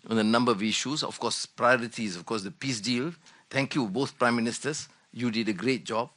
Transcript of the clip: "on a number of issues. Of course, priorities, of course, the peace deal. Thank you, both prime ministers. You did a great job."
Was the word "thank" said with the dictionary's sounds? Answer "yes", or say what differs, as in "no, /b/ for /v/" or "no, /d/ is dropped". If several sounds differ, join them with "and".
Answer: no, /t/ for /θ/